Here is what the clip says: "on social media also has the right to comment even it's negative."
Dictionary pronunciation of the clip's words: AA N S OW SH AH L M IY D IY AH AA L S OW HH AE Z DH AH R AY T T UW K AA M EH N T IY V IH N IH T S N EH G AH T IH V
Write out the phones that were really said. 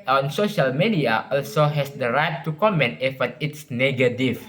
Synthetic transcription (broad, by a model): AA N S OW SH AH L M IY D IY AH AA L S OW HH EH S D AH R AY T T UW K AA M EH N T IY F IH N IH T S N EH G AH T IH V